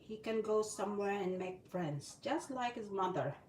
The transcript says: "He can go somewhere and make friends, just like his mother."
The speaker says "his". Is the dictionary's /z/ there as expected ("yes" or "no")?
yes